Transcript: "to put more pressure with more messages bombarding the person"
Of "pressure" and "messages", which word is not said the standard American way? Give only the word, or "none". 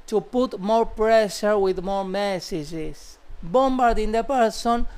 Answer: messages